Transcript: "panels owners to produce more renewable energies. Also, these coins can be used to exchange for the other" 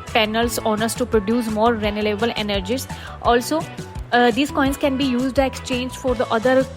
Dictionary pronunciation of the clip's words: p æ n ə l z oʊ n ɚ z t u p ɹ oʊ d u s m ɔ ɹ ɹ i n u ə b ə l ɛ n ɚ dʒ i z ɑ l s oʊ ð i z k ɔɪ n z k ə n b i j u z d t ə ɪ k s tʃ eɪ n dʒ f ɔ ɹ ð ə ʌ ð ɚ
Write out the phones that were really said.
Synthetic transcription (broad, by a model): p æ n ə l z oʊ n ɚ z t u p ɹ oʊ d u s m ɔ ɹ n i l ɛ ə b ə l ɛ n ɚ dʒ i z ɑ l s oʊ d i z k ɔɪ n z k ə n b i j u z d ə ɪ k s tʃ eɪ n dʒ f ɔ ɹ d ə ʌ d ɚ